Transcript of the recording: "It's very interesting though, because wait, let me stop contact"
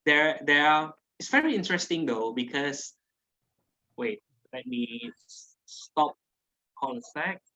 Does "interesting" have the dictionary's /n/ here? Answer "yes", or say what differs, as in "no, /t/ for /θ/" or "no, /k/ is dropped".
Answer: yes